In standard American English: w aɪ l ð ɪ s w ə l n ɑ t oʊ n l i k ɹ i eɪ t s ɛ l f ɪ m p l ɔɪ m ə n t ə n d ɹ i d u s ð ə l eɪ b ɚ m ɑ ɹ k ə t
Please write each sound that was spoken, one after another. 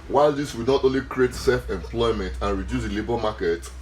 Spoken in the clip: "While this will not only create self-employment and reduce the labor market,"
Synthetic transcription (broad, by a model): w aɪ l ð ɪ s w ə n ɑ t oʊ n l i k ɹ i eɪ t s ɛ l f ɪ m p l ɔɪ m ə n t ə n ɹ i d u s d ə l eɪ b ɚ m ɑ k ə t